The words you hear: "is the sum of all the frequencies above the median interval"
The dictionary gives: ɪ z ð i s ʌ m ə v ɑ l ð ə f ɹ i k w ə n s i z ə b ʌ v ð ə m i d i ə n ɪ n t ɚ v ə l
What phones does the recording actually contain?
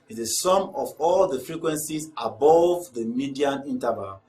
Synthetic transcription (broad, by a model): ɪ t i s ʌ m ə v ɑ l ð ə f ɹ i k w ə n s i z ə b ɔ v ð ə m i d i ə n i n t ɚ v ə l